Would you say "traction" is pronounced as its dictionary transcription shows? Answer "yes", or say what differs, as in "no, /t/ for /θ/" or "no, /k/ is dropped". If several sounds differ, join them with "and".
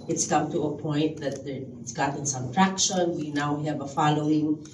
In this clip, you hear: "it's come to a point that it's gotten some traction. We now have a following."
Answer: yes